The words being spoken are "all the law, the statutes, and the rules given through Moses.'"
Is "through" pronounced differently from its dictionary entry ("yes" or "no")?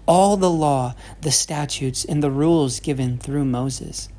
no